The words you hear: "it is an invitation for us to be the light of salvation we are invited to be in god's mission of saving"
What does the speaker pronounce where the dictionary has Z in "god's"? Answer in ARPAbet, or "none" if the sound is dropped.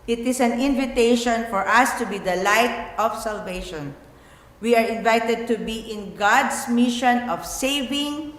S